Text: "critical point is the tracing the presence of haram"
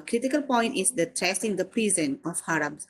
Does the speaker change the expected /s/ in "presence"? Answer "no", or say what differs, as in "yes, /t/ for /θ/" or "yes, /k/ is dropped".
yes, /s/ is dropped